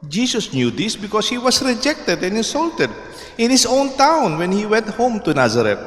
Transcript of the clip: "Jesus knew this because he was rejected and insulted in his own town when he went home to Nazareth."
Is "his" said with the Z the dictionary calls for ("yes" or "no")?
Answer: no